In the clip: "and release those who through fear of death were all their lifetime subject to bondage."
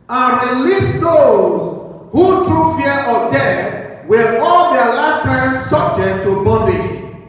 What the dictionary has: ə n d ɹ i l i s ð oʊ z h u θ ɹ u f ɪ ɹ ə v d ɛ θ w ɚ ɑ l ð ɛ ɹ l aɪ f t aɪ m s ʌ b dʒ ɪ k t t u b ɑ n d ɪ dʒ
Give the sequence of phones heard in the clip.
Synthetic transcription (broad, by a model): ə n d ɹ i l i s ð oʊ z h u t ɹ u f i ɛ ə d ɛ w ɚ ɑ l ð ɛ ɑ l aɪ t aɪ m s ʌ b dʒ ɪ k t t u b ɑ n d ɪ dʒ